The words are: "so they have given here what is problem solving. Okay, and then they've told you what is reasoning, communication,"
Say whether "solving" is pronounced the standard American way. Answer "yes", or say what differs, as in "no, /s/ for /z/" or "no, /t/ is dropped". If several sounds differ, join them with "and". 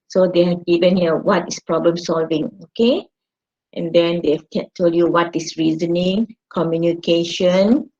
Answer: yes